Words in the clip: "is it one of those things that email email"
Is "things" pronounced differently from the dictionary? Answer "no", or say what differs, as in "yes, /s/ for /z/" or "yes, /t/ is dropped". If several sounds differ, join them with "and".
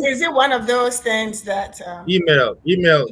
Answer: no